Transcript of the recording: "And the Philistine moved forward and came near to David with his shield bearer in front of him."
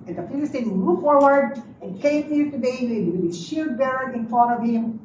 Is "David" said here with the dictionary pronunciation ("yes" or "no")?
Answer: no